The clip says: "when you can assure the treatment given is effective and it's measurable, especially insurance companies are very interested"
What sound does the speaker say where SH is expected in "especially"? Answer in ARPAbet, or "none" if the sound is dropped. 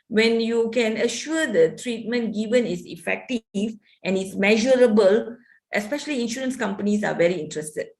SH